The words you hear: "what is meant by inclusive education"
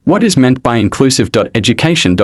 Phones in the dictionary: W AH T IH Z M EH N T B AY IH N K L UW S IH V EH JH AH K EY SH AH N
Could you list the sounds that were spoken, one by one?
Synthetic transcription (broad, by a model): W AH T IH Z M EH N B AY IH N K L UW S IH V EH JH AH K EY SH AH N